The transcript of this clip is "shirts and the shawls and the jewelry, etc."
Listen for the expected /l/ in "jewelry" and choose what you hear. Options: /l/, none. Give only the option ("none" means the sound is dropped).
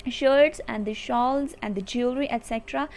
none